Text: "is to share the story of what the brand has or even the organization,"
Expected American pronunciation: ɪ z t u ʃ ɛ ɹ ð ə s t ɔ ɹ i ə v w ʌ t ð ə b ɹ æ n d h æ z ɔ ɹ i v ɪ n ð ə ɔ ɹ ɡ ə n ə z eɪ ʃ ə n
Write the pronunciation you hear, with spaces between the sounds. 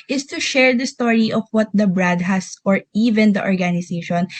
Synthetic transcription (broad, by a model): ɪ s t u ʃ ɛ ɹ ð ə s t ɔ ɹ i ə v w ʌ t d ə b ɹ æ d h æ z ɔ ɹ i v ɪ n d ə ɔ ɹ ɡ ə n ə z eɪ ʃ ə n